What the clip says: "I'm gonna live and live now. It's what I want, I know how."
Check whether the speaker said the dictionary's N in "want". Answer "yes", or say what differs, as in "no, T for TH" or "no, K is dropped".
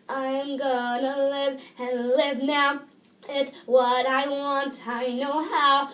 yes